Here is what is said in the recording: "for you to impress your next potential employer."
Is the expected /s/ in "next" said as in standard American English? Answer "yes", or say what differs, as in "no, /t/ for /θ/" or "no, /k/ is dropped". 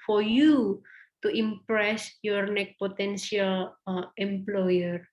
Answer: no, /s/ is dropped